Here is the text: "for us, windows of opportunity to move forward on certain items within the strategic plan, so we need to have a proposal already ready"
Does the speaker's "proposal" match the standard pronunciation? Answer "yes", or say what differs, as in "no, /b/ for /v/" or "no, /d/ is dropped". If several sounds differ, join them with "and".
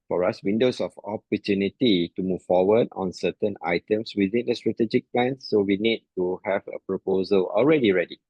yes